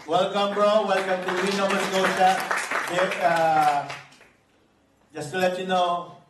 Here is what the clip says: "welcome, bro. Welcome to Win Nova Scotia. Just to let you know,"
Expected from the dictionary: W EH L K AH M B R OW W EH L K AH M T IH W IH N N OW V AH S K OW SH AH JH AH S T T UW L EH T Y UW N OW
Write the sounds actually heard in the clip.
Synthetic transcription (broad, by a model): W EH L K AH M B R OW W EH L K AH M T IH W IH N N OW W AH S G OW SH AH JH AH S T T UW L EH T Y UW N OW